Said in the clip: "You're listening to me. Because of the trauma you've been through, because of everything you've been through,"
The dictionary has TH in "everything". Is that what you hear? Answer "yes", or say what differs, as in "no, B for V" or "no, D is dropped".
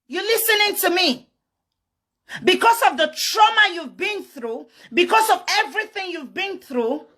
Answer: yes